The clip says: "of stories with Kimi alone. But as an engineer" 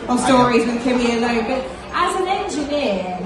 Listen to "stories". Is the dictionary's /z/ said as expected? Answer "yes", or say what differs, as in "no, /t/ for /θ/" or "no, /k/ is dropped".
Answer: yes